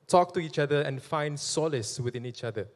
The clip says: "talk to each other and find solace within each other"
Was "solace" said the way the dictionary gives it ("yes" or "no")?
yes